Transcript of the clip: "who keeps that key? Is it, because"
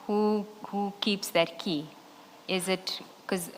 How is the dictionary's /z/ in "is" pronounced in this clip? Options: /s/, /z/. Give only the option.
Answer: /z/